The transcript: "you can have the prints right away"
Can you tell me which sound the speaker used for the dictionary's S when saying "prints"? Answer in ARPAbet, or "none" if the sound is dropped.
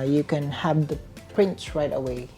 none